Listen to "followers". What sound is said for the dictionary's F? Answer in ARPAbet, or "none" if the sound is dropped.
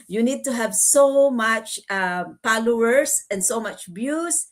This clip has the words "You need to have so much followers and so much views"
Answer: P